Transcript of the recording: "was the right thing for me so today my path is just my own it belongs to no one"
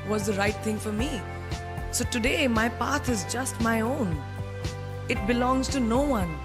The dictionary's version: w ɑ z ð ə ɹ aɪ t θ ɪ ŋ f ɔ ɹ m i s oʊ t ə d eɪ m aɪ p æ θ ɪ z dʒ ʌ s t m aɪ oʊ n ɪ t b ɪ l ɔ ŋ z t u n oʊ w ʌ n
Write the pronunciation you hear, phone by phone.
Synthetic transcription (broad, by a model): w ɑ z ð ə ɹ aɪ t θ ɪ ŋ f ɔ ɹ m i s oʊ t ə d eɪ m aɪ p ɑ t ɪ z dʒ ʌ s t m aɪ oʊ n ɪ t b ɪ l ɔ ŋ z t u n oʊ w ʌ n